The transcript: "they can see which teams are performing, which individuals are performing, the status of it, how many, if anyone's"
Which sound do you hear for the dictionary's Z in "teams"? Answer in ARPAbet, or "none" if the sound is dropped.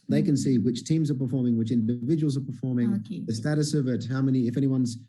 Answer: Z